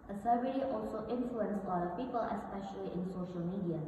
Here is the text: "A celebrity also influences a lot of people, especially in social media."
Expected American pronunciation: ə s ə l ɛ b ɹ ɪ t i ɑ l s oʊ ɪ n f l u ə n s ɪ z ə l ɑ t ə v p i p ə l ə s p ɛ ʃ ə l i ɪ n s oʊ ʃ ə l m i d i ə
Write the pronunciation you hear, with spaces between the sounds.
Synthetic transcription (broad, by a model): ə s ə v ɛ ɹ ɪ t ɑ l s oʊ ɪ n f l u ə n s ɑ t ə p i p ə l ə s p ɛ ʃ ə l i ɪ n s oʊ ʃ ə l m i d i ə